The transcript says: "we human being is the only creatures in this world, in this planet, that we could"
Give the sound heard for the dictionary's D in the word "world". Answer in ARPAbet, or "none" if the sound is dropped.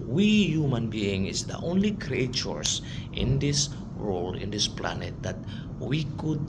none